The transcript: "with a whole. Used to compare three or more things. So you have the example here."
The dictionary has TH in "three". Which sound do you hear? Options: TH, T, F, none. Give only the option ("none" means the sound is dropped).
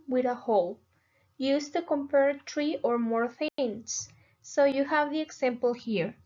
T